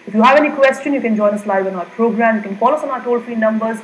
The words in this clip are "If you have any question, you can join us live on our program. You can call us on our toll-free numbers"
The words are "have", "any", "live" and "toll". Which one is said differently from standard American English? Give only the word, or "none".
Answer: none